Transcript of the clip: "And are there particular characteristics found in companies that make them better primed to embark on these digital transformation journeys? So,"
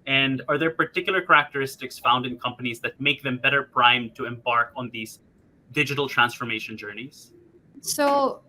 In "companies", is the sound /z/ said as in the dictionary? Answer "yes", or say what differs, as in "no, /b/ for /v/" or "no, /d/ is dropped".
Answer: yes